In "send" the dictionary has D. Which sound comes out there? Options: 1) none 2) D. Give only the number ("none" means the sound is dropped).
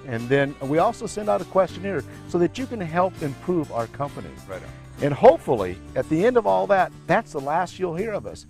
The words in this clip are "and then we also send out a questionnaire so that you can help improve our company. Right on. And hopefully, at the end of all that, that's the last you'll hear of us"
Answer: 2